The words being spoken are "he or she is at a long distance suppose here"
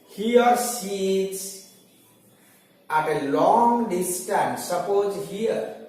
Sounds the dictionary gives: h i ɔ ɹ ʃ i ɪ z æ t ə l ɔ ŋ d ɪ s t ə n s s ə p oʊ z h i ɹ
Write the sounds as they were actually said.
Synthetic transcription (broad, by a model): h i ɔ ɹ s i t s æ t ə l ɔ ŋ d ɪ s t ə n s s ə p oʊ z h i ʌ